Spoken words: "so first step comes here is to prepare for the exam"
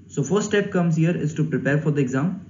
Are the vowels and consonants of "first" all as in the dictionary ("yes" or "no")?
no